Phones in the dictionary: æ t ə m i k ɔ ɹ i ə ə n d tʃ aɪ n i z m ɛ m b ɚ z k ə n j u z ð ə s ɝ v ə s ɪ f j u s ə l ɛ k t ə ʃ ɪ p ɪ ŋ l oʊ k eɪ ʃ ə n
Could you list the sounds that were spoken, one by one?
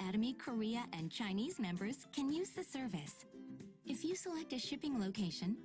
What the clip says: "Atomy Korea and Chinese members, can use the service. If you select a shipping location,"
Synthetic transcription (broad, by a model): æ t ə m i k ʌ ɹ i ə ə n tʃ aɪ n i z m ɛ m b ɚ z k ə n j u z ð ə s ɝ v ə s ɪ f j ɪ s ə l ɛ k t ə ʃ ɪ p ɪ ŋ l oʊ k eɪ ʃ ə n